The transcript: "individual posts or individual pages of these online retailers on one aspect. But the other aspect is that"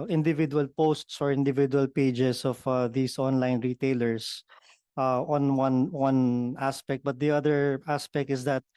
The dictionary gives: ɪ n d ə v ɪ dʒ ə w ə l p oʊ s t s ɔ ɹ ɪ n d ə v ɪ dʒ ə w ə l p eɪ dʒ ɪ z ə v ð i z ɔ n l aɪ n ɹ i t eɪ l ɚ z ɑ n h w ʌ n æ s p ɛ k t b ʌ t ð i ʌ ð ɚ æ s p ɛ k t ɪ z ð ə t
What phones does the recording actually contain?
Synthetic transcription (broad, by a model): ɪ n d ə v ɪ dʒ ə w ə l p oʊ s t s ɔ ɹ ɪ n d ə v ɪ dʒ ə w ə l p eɪ dʒ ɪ s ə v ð i s ɔ n l aɪ n ɹ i t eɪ l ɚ s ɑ n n w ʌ n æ s p ɛ k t b ʌ t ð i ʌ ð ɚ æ s p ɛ k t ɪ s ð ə t